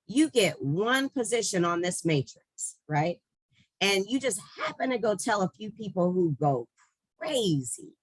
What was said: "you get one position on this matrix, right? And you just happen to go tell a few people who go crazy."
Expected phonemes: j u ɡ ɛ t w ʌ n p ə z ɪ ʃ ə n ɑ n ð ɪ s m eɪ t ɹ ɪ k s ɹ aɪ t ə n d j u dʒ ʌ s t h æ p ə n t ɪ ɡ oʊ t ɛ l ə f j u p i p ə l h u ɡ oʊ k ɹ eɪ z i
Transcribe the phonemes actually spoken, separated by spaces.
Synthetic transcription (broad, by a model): j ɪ ɡ ɛ t w ʌ n p ə z ɪ ʃ ə n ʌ n ð ɪ s m eɪ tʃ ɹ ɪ k s ɹ aɪ t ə n j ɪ dʒ ʌ s t h æ p ə n t ɪ ɡ oʊ t ɛ l ə f j u p i p l h u ɡ oʊ k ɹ eɪ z i